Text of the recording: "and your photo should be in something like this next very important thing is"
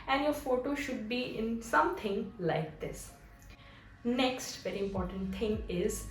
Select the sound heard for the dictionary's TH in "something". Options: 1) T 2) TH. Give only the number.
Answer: 1